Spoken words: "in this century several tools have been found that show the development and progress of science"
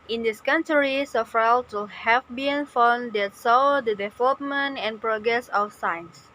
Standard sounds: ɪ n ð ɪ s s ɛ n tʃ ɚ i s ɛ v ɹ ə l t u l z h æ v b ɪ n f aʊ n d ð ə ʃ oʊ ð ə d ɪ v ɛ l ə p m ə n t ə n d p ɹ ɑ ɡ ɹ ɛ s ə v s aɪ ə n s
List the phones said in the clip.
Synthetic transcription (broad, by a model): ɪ n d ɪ s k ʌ n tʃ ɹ i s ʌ f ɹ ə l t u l h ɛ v b ɪ n f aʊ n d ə s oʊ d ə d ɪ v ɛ l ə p m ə n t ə n p ɹ ɑ ɡ ɹ ɛ s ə f s aɪ n s